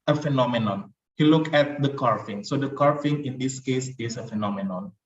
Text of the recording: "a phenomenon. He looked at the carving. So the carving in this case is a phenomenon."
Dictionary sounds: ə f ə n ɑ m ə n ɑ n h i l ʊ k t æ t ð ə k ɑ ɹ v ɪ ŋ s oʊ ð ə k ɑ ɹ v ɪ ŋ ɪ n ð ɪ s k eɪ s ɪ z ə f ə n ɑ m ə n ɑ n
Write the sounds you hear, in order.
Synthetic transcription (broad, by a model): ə f ə n ɑ m ə n ɑ n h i l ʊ k æ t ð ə k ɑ ɹ f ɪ ŋ s oʊ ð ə k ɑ ɹ f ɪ ŋ ɪ n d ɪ s k eɪ s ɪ s ə f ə n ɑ m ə n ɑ n